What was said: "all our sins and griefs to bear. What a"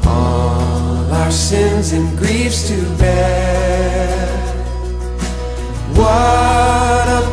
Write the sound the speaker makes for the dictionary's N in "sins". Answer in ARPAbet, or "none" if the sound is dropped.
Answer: N